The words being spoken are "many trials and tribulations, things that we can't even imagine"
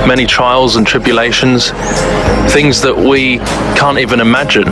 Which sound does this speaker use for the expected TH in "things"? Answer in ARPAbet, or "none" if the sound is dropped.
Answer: TH